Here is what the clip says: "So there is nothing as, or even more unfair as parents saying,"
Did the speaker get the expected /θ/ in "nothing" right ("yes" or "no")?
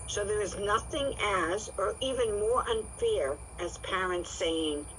yes